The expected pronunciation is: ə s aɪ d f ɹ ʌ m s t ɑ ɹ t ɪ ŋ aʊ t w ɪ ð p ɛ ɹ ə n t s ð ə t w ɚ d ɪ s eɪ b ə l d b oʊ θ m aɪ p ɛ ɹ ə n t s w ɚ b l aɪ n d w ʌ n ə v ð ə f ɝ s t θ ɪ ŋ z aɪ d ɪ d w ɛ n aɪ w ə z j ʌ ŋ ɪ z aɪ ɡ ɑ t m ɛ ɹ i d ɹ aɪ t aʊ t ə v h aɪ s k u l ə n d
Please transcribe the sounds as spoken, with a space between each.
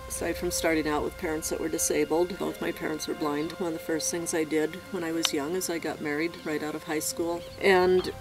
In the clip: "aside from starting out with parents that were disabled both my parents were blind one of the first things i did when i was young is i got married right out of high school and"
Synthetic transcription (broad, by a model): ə s aɪ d f ɹ ʌ m s t ɑ ɹ t ɪ ŋ aʊ t w ɪ ð p ɛ ɹ ə n t s ð ə t w ɚ d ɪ s eɪ b l d b oʊ θ m aɪ p ɛ ɹ ə n t s w ɚ b l aɪ n d w ʌ n ə v ð ə f ɝ s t θ ɪ ŋ z aɪ d ɪ d w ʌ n aɪ w ə z j ʌ ŋ ɪ z aɪ ɡ ɑ t m ɛ ɹ i d ɹ aɪ t aʊ t ə v h aɪ s k u l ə n